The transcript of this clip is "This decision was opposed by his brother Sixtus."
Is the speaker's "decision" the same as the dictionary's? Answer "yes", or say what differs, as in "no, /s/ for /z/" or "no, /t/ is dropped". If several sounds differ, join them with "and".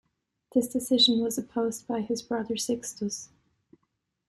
yes